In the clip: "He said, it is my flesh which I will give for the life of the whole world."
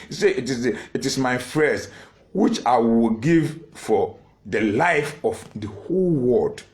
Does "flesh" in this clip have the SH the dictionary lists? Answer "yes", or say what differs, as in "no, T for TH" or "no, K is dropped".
no, S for SH